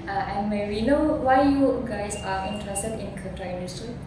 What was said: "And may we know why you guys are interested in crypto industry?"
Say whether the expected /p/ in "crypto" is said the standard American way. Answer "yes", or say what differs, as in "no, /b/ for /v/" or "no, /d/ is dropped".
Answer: no, /p/ is dropped